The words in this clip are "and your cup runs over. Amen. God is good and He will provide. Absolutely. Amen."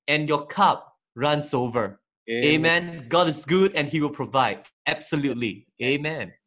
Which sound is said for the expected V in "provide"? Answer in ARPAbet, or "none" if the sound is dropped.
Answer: V